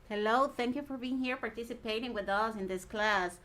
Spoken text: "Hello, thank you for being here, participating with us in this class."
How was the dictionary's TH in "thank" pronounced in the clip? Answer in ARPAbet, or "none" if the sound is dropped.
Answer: TH